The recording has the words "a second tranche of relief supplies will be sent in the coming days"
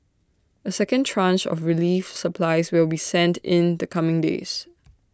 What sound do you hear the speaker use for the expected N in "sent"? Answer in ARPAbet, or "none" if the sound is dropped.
N